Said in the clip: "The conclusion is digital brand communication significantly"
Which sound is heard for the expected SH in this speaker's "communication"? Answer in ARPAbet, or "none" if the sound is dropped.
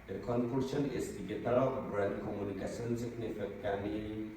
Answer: S